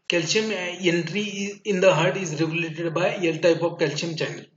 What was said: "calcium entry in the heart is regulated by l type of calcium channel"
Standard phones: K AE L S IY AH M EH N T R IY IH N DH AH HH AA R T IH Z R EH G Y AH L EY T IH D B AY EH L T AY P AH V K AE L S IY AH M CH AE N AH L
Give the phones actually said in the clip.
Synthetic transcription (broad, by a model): K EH L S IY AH M EH N T R IY IH N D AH HH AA R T IH Z R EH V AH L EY T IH D B AY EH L T AY P AH V K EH L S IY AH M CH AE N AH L